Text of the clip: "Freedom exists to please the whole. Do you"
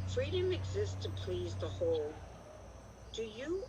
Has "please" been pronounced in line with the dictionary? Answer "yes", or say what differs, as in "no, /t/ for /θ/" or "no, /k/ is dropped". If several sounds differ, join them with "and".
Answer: yes